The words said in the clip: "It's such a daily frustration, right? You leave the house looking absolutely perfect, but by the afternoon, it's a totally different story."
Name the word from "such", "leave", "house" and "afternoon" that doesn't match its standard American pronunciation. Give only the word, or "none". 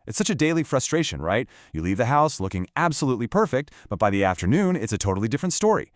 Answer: none